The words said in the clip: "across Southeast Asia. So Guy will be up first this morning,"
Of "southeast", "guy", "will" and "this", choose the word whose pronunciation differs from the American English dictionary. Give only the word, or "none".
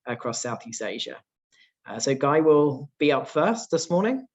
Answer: none